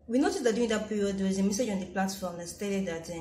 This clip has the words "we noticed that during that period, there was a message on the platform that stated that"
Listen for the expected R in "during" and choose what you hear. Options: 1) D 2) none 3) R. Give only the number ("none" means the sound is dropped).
2